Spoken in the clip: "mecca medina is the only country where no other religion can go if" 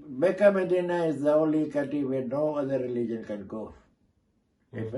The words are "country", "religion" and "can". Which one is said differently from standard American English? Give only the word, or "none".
country